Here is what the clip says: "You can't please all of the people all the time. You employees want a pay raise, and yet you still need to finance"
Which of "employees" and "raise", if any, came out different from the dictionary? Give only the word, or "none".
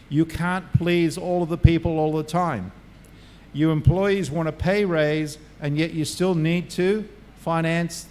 none